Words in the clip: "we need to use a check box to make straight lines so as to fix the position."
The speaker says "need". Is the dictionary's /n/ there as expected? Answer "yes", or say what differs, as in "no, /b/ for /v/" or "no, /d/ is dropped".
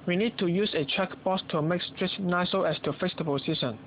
yes